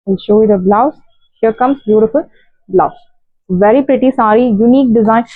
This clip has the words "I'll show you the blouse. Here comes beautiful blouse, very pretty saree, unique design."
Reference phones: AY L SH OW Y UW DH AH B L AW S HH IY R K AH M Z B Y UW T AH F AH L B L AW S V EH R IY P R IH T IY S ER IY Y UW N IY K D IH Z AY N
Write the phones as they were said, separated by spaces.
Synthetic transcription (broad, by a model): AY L SH OW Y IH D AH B L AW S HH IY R K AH M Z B Y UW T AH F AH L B L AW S V EH R IY P R IH T IY S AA IY Y UW N IY K D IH Z AY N